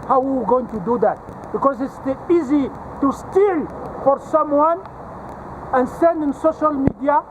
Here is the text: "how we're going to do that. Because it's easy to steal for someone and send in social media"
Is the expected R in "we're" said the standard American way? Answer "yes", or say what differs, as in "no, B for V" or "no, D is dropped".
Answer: no, W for R